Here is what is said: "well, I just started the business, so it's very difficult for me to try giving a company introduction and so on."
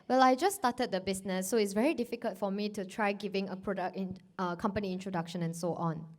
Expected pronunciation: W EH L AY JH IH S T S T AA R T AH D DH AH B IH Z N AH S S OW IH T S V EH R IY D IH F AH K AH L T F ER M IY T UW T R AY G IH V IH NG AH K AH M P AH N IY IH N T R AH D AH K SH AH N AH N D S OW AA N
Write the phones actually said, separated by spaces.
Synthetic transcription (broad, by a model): W EH L AY JH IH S S T AA T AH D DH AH B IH S N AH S S OW IH T S V EH R IY D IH F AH K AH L T F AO M IY T UW T R AY G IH V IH NG AH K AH M P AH N IY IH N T R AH D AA K SH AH N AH N S OW AA N